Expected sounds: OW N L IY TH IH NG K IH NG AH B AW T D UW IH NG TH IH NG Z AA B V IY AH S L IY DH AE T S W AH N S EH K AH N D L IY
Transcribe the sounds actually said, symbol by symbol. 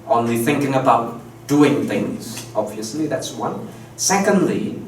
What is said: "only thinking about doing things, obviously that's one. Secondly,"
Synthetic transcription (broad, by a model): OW N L IY TH IH NG K IH NG AH B AW T D UW IH NG TH IH NG Z AA B V IY AH S L IY DH AE T S W AH N S EH K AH N D L IY